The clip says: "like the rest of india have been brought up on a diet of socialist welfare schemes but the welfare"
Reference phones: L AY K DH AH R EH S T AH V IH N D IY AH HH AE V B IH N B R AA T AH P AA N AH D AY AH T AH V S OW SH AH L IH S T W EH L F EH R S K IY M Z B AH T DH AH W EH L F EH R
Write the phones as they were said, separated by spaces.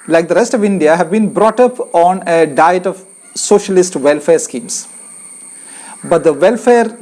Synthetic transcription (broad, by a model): L AY K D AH R EH S T AH V IH N D IY AH HH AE V B IH N B R AA T AH P AA N AH D AY AH T AH V S OW SH AH L IH S T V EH L F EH R S K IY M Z B AH T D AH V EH L F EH R